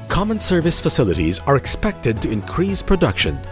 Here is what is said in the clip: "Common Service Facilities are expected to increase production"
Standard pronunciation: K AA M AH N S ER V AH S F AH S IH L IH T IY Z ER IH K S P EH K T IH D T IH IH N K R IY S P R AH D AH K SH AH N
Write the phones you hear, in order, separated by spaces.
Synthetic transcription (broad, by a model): K AA M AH N S ER V AH S F AH S IH L IH T IY Z ER IH K S P EH K T IH D T IH IH N K R IY S P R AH D AH K SH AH N